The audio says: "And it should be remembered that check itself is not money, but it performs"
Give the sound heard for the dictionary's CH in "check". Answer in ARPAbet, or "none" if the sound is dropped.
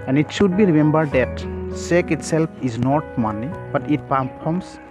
S